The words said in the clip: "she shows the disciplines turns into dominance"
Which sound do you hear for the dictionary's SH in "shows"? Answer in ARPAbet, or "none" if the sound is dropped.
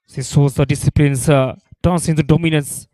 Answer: S